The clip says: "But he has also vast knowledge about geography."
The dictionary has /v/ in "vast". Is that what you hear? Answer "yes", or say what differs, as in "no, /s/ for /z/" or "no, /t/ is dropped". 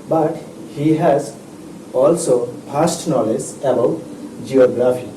no, /p/ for /v/